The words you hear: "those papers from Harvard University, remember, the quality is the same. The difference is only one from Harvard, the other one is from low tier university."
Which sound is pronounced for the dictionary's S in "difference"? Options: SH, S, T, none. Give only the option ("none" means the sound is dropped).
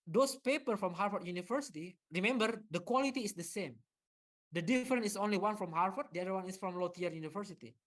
none